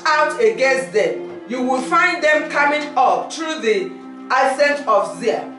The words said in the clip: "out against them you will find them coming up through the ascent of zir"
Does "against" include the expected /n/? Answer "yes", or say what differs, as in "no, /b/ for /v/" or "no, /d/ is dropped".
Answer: no, /n/ is dropped